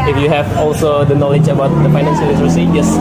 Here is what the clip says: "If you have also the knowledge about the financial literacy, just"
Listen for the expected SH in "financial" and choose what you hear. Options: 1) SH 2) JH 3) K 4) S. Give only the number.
4